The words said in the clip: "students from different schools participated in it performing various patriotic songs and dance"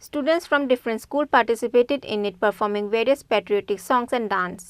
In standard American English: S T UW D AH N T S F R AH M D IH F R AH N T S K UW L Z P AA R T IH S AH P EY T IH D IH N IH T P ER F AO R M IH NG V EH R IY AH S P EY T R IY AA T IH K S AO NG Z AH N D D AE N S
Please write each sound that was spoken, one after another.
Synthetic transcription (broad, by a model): S T UW D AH N T S F R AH M D IH F R AH N T S K UW L P AA R T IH S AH P EY T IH D IH N IH T P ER F AO R M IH NG V EH R IY AH S P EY T R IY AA T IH K S AO NG S AH N D D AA N S